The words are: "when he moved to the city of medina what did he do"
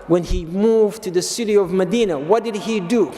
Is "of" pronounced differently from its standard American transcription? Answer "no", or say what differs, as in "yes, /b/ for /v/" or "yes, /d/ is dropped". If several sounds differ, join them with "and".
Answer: no